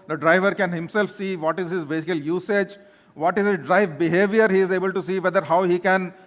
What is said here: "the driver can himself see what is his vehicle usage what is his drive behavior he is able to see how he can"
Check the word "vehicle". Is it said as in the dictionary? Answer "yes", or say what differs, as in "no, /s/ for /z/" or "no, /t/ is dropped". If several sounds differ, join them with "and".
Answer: no, /b/ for /v/